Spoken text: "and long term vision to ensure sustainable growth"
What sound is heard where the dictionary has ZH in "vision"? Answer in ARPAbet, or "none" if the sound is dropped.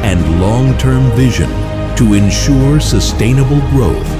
ZH